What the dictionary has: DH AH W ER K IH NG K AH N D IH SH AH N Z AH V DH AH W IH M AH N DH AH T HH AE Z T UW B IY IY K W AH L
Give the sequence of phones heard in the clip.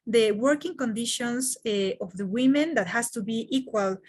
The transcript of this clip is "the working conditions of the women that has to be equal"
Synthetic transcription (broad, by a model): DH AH W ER K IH NG K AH N D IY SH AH N S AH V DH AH W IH M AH N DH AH T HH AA S T UW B IY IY K W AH L